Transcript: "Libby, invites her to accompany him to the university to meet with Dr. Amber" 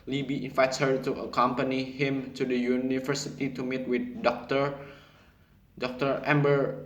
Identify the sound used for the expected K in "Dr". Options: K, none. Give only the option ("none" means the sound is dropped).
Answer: K